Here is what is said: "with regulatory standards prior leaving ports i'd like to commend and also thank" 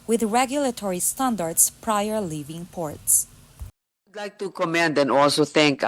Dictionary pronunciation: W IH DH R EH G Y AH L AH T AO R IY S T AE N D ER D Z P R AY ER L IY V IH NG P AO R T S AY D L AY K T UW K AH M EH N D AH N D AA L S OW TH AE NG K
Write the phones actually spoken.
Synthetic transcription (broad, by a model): W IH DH R EH G Y AH L AH T AO R IY S T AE N D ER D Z P R AY ER L IY V IH NG P AO R T S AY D L AY K T UW K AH M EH N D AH N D AA L S OW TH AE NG K